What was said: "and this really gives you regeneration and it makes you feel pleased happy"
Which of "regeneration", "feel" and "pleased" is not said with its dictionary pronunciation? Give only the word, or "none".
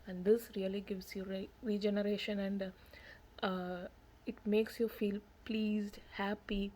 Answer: none